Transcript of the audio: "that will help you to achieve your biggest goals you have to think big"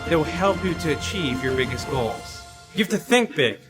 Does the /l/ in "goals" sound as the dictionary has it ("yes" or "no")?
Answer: yes